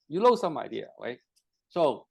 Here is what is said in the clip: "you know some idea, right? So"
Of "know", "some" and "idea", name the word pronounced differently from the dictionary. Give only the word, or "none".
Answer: know